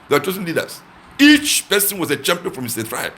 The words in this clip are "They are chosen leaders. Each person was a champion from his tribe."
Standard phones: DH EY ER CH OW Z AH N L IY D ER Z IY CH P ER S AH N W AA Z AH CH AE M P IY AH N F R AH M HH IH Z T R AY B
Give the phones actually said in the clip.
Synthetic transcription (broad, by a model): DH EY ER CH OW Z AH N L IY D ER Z IY CH P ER S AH N W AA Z AH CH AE M P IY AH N F R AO M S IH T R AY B